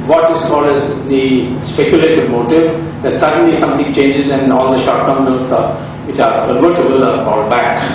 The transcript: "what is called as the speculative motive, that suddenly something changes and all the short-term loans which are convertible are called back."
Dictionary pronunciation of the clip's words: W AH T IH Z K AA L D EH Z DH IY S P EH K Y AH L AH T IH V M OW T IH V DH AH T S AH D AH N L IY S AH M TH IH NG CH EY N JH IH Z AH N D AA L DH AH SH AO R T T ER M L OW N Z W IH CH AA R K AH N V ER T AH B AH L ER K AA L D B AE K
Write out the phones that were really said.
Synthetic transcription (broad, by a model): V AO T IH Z K AA L D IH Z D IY S P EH K Y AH L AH T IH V M OW T IH V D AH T S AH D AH N L IY S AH M T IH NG CH EY N JH IH Z AH N D AA L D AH SH AO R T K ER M N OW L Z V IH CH AA R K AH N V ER T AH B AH L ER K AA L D B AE K